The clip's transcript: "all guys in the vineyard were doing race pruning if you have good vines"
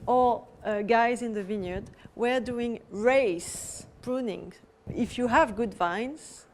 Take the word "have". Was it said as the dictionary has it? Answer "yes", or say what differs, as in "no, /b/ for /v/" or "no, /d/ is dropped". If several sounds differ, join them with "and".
yes